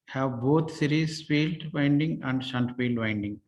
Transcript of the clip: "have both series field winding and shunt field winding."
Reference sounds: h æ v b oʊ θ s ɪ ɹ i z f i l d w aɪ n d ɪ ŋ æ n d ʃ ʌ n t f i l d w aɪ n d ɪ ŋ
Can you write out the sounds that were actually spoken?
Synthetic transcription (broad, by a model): h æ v b oʊ t s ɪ ɹ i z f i l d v aɪ n d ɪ ŋ æ n d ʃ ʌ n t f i l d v aɪ n d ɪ ŋ